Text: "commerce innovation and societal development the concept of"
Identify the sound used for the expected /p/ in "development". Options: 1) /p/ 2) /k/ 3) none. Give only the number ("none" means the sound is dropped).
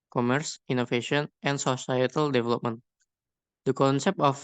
1